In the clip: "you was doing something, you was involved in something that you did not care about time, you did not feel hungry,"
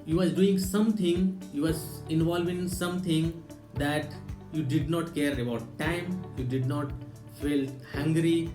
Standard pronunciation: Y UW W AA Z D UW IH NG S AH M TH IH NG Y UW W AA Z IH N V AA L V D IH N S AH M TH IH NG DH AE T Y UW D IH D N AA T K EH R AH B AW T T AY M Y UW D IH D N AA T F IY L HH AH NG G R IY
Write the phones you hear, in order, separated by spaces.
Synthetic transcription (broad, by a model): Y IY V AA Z D UW IH NG S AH M T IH NG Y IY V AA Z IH N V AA L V IH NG S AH M T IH NG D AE T Y UW D IH D N AA T K EH R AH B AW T T AY M Y UW D IH D N AA T F IY L HH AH NG G R IY